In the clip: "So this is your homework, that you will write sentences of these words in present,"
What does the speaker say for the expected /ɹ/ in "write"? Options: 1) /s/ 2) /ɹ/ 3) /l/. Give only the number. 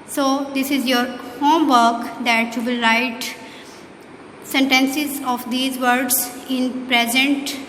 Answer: 2